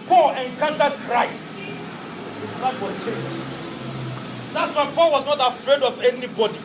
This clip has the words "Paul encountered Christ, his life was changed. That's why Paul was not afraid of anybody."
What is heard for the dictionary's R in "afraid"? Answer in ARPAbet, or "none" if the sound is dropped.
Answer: R